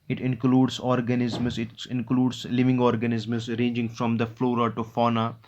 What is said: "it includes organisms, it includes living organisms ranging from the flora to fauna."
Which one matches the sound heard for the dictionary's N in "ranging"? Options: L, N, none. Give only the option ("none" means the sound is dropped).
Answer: N